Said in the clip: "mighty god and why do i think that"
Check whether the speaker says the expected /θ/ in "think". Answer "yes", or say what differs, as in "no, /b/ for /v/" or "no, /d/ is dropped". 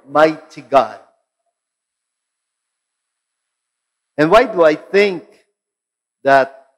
yes